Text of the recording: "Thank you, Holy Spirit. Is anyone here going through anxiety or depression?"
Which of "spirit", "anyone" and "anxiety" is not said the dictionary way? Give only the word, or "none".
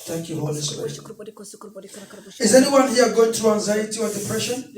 spirit